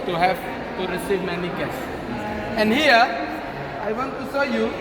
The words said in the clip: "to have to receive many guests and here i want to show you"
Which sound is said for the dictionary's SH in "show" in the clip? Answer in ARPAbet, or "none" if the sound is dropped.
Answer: S